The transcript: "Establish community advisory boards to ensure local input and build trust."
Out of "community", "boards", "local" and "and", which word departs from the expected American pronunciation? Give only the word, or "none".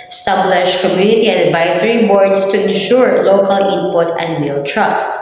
boards